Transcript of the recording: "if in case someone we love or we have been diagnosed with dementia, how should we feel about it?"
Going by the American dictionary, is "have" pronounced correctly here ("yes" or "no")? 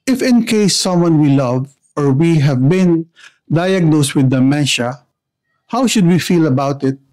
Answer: yes